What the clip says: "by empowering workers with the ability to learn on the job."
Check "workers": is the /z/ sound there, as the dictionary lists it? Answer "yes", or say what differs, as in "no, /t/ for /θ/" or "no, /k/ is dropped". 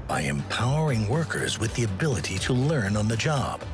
yes